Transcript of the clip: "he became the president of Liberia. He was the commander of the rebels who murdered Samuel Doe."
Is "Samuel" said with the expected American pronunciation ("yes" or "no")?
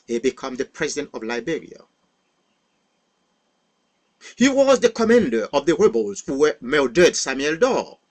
yes